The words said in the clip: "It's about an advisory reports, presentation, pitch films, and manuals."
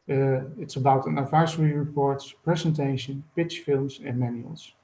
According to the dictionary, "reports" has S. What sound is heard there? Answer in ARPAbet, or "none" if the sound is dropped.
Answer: S